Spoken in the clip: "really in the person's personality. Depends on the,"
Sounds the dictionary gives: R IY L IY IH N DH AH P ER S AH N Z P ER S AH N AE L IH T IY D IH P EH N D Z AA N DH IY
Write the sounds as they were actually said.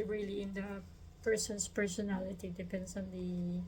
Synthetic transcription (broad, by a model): R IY L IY IH N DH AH P ER S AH N S P ER S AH N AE L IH T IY D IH P EH N D S AA N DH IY